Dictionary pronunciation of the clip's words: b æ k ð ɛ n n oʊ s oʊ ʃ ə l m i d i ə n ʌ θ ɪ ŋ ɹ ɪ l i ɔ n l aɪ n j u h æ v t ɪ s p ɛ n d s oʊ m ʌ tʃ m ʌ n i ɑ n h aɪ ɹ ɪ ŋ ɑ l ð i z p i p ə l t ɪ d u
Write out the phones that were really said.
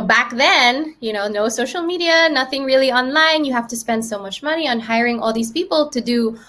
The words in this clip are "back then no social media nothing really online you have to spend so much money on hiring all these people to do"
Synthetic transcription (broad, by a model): b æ k ð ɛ n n oʊ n oʊ s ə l m i d i ə n ʌ θ ɪ ŋ ɹ ɪ l i ɔ n l aɪ n j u h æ f t ɪ s p ɛ n d s oʊ m ʌ tʃ m ʌ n i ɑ n h aɪ ɹ ɪ ŋ ɑ l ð i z p i p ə l t ɪ d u